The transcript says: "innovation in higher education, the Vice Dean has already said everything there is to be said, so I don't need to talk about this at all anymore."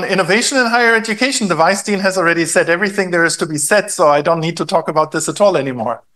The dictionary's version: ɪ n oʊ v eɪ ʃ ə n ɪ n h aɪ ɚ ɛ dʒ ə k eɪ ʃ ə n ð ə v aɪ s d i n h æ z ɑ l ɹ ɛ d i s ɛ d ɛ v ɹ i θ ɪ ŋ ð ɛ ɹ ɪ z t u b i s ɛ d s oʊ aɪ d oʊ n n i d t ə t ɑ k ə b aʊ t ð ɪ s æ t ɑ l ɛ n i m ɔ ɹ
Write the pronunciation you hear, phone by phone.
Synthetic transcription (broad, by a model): ɪ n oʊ v eɪ ʃ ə n ɪ n h aɪ ɚ ɛ dʒ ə k eɪ ʃ n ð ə v aɪ s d i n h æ z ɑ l ɹ ɛ d i s ɛ d ɛ v ɹ i θ ɪ ŋ ð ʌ ɹ ɪ z t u b i s ɛ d s oʊ aɪ d oʊ n n i d t ə t ɑ k ə b aʊ t ð ɪ s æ t ɑ l ɛ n i m ɔ ɹ